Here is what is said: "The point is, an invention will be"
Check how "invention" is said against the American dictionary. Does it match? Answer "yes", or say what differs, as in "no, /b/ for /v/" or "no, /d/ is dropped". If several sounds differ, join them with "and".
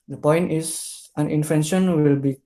no, /f/ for /v/